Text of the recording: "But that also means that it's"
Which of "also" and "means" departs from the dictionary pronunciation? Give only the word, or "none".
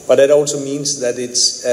none